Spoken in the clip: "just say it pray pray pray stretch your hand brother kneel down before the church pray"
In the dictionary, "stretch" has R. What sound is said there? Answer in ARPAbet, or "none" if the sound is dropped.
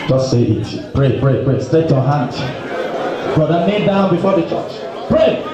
none